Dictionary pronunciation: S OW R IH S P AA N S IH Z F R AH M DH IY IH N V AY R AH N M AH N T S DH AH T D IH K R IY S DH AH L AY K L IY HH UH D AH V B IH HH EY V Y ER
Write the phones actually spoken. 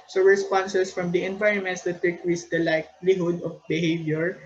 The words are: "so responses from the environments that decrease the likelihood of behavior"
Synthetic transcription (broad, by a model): S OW R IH S P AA N S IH S F R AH M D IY IH N V AY R AH N M AH N T S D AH T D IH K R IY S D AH L AY K L IY HH UH D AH F B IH HH EY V Y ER